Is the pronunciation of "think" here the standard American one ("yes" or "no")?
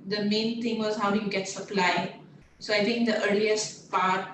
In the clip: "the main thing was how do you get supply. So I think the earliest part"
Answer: no